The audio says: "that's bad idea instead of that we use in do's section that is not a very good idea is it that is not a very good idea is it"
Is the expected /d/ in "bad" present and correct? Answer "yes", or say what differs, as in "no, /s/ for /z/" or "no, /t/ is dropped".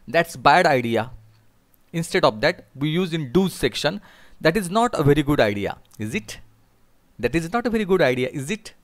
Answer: yes